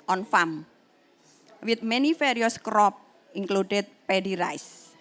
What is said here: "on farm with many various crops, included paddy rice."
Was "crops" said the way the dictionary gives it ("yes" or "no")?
no